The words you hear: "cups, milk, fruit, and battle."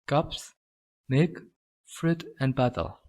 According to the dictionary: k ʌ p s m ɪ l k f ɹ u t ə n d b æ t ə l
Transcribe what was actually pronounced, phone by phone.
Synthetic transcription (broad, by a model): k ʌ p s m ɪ k f ɹ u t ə n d b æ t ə l